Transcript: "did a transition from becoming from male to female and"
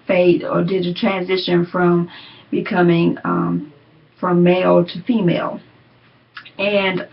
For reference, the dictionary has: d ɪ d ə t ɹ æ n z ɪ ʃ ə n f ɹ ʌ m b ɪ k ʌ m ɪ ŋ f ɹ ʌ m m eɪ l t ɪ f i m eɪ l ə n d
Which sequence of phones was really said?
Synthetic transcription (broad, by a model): d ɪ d ə t ɹ æ n z ɪ ʃ ə n f ɹ ʌ m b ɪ k ʌ m ɪ ŋ f ɹ ʌ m m eɪ l t ɪ f i m eɪ l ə n